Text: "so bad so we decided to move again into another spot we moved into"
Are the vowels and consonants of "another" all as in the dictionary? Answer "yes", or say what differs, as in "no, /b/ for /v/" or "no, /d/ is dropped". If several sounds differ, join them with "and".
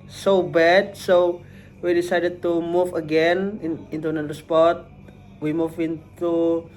no, /ð/ is dropped